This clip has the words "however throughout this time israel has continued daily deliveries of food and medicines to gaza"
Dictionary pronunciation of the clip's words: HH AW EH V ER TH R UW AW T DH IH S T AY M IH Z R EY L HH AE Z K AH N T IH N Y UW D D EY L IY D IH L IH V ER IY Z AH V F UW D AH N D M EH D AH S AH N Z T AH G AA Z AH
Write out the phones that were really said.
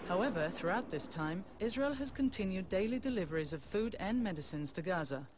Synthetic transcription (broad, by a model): HH AW EH V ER TH R UW AW T DH IH S T AY M IH Z R EY L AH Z K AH N T IH N Y UW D D EY L IY D IH L IH V ER IY Z AH V F UW D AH N M EH D AH S AH N Z T AH G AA Z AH